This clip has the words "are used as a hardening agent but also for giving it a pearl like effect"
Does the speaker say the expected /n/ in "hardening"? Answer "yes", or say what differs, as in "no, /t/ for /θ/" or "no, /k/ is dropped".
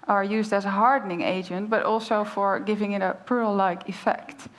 yes